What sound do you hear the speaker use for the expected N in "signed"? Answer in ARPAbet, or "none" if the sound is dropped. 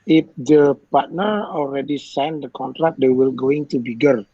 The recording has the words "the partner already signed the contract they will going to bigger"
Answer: N